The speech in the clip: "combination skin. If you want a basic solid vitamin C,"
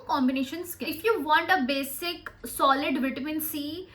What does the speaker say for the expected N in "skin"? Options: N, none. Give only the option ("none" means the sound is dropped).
none